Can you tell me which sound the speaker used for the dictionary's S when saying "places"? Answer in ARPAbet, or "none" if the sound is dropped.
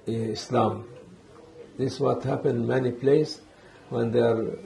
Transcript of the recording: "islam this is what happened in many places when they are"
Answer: none